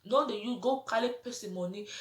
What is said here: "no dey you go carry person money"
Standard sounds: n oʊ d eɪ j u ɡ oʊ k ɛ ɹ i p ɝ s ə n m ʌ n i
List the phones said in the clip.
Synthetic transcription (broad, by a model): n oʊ d eɪ j u ɡ oʊ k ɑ l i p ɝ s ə m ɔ n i